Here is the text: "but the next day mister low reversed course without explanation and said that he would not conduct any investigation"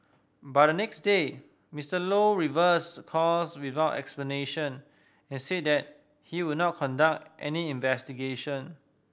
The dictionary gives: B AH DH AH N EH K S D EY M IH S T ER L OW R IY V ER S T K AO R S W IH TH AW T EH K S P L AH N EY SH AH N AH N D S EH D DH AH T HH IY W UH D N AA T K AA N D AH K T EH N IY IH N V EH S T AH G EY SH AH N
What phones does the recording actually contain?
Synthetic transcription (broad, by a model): B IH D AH N EH K S D EY M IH S T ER L OW R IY V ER S K AO L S W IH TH AW T EH K S P L AH N EY SH AH N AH N S EH D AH T HH IY W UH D N AA T K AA N D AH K T EH N IY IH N V EH S T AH G EY SH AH N